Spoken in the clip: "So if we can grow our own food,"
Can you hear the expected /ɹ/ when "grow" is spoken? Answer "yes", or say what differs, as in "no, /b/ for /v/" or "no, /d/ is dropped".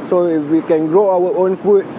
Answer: yes